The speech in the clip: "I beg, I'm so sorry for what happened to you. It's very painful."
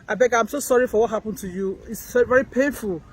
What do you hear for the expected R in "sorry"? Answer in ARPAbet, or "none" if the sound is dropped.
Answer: R